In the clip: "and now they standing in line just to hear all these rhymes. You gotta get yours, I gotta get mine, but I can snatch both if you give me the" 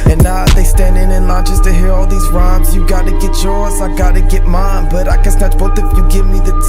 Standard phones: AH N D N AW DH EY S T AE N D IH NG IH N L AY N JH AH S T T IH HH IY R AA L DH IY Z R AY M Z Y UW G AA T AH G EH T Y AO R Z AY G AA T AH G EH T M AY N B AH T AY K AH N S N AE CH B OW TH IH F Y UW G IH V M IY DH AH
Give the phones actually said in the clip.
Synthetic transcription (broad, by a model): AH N N AW DH EY S T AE N D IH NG IH N L AY N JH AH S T T IH HH IY R AA L DH IY Z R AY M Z Y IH G AA T AH G EH T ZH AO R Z AY G AA T AH G EH T M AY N B AH T AY K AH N S N AE CH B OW T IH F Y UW G IH V M IY DH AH